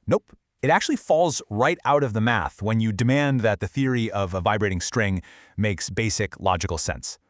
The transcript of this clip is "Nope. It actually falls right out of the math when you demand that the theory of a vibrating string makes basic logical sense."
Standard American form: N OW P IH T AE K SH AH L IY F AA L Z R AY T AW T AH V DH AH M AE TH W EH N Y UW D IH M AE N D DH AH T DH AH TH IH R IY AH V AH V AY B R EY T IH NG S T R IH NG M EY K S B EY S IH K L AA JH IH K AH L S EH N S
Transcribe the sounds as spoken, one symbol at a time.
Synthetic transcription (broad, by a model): N OW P IH T AE K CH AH L IY F AA L Z R AY T AW T AH V DH AH M AE TH W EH N Y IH D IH M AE N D DH AH T DH AH TH IH R IY AH V AH V AY B R EY T IH NG S T R IH NG M EY K S B EY S IH K L AA JH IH K L S EH N S